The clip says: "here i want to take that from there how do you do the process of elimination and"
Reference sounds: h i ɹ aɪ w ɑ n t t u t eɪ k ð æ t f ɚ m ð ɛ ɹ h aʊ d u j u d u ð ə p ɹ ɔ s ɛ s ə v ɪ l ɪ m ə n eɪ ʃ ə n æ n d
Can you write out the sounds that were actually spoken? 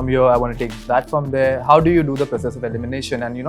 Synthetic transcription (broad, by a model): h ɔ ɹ aɪ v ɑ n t t u t eɪ k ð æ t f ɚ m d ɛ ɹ h aʊ d u j u d u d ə p ɹ ɔ s ɛ s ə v ɪ l ɪ m ə n eɪ ʃ ə n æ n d